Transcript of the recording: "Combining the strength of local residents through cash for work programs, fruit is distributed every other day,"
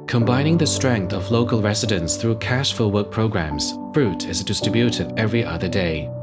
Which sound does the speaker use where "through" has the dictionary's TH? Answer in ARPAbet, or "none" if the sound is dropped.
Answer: TH